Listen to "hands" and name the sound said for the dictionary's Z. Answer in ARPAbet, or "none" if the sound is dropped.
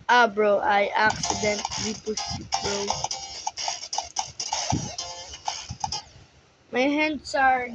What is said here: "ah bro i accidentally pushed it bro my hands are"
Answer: S